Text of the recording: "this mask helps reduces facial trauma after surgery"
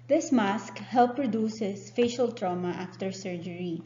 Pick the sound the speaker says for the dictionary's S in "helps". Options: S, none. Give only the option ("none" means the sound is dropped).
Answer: none